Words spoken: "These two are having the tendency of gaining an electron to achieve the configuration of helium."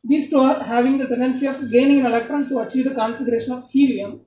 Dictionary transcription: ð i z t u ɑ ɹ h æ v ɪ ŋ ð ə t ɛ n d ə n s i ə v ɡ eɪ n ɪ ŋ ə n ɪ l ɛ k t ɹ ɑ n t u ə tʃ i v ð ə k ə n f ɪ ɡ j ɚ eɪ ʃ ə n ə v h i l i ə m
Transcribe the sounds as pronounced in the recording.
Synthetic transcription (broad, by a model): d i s t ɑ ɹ h æ v ɪ ŋ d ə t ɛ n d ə n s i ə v ɡ eɪ n ɪ ŋ ə n ɪ l ɛ k t ɹ ɑ n t u ə tʃ i v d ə k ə n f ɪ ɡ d eɪ ʃ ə n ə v h i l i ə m